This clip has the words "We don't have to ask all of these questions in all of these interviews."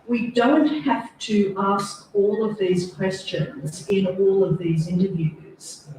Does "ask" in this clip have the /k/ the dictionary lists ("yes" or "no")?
yes